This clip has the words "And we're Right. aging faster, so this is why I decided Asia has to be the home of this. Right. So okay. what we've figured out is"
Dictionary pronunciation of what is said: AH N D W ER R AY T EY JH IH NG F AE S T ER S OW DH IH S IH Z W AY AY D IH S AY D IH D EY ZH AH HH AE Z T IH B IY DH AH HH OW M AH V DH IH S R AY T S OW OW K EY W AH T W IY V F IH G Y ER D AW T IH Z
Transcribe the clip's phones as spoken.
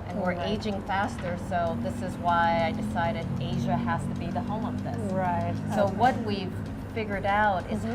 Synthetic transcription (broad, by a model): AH N W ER R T EY JH IH NG F AE S T ER S OW DH IH S IH Z W AY AY D IH S AY D IH D EY ZH AH HH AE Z T IH B IY DH AH HH OW M AH V DH IH S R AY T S OW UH W AH T W IY V F IH G Y ER D AW T IH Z